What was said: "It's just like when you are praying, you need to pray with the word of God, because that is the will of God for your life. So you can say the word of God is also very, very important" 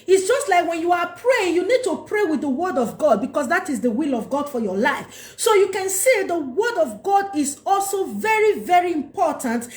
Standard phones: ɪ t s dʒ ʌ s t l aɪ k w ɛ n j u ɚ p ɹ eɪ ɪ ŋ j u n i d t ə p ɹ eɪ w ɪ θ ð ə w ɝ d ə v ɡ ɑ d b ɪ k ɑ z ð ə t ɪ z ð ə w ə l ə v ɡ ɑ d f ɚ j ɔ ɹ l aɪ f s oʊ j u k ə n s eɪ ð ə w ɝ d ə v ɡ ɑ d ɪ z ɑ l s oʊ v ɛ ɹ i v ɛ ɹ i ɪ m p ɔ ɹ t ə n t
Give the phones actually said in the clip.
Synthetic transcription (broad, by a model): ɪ t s dʒ ʌ s t l aɪ k w ɛ n j u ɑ p ɹ eɪ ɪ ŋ j u n i d t ə p ɹ eɪ w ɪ ð ə w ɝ d ə v ɡ ɑ d b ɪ k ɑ s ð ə t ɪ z ð ə w ə l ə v ɡ ɑ d f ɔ j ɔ l aɪ f s oʊ j u k ə n s eɪ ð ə w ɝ d ə v ɡ ɑ d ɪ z ɑ l s oʊ v ɛ ɹ i v ɛ ɹ i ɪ m p ɔ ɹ t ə n t